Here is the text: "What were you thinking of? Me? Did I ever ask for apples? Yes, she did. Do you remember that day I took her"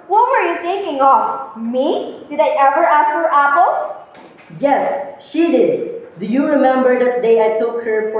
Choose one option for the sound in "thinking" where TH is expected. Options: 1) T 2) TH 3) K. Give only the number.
1